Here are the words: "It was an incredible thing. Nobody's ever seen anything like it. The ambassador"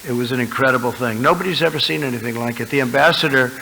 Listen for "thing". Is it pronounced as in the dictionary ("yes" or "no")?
yes